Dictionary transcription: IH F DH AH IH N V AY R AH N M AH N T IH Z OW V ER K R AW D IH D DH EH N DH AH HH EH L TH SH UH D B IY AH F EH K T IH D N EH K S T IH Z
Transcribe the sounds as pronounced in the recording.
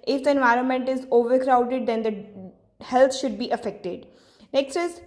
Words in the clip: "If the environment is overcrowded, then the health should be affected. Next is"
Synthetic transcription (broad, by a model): IH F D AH IH N V AY R AH N M AH N T IH Z OW V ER K R AW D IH D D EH N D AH HH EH L T SH UH D B IY AH F EH K T IH D N EH K S T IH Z